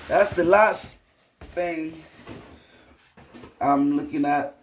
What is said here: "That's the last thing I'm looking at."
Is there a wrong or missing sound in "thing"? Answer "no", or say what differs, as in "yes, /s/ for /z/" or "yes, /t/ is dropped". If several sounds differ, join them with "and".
no